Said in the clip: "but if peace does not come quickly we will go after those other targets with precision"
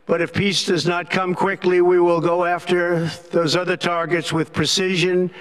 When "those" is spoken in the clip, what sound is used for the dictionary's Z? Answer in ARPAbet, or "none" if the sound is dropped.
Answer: Z